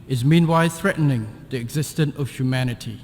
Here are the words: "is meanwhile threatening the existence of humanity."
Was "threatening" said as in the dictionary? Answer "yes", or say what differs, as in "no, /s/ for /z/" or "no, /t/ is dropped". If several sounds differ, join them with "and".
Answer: yes